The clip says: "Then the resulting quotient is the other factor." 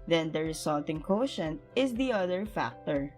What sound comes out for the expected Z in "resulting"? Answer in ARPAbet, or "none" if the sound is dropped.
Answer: S